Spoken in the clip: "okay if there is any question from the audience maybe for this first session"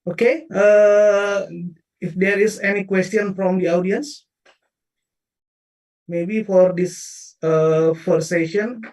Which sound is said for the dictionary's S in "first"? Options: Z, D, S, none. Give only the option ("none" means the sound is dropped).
none